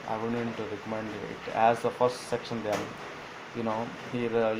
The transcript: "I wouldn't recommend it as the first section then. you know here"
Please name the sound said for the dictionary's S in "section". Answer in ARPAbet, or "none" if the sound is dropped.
S